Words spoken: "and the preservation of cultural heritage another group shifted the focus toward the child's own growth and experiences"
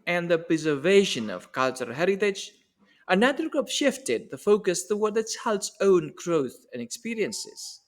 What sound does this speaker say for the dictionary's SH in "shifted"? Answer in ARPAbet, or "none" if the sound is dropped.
SH